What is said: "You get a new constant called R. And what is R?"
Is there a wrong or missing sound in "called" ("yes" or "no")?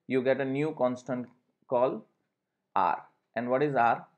yes